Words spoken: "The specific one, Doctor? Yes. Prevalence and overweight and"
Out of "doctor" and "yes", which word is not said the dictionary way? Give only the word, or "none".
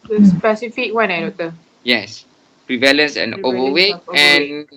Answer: doctor